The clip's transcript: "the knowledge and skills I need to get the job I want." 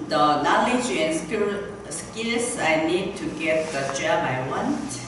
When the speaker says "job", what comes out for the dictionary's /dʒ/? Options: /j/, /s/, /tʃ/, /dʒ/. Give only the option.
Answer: /tʃ/